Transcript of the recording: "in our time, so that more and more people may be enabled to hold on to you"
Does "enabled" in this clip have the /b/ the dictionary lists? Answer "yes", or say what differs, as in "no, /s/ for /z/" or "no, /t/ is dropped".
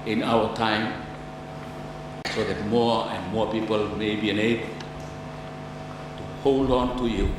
no, /b/ is dropped